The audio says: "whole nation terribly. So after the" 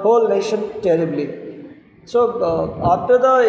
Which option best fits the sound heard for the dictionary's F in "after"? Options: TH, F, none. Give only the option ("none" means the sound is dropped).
none